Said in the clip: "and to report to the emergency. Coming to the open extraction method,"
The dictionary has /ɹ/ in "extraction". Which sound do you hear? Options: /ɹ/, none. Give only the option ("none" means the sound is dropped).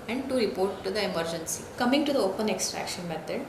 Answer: /ɹ/